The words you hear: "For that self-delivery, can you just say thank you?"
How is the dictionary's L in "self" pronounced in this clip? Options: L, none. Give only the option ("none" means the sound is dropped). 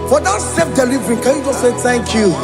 none